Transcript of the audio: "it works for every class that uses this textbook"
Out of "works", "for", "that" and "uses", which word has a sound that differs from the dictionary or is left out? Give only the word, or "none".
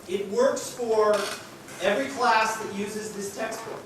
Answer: none